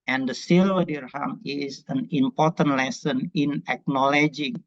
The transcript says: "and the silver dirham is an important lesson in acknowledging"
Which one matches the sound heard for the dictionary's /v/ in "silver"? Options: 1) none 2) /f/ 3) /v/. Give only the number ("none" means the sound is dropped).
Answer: 1